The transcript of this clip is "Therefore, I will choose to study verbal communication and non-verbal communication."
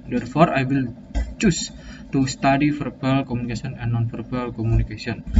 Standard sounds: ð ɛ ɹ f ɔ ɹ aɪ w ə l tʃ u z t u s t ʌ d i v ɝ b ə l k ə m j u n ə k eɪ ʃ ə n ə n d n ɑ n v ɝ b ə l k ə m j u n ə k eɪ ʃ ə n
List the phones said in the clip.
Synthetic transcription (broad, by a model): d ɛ ɹ f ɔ ɹ aɪ w ə l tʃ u s t u s t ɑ d i f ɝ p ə l k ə m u n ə k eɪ s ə n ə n n ɑ n f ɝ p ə l k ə m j u n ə k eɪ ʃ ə n